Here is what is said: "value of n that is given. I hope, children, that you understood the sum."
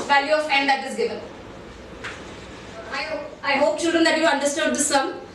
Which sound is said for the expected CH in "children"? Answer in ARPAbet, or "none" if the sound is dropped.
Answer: CH